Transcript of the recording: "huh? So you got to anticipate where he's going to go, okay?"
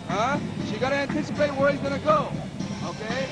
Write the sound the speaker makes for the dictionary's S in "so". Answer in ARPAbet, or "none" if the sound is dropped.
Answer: SH